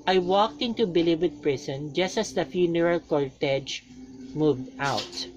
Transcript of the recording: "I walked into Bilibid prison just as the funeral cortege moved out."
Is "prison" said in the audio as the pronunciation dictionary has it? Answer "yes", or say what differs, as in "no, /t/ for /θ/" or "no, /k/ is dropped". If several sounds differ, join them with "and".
no, /s/ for /z/